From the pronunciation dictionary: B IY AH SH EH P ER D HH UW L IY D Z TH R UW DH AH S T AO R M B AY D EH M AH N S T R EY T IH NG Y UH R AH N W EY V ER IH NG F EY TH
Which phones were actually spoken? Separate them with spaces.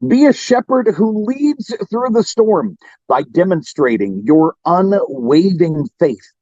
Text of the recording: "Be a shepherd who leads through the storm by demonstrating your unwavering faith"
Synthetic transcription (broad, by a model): B IY AH SH EH P ER D HH UW L IY D Z TH R UW DH AH S T AO R M B AY D EH M AH N S T R EY T IH NG Y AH R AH N W EY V IH NG F EY TH